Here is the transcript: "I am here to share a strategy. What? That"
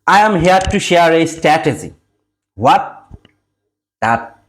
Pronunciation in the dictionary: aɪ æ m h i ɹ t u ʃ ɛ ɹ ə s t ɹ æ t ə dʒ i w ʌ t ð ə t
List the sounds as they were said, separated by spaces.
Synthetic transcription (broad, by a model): aɪ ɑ m h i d t u ʃ ɛ ɹ ə s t æ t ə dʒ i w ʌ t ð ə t